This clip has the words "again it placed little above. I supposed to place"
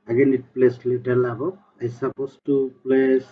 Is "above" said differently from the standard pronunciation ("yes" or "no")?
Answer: yes